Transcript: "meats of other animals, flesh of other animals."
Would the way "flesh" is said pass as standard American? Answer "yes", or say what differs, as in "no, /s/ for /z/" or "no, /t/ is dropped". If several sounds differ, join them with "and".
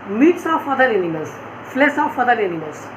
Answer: no, /s/ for /ʃ/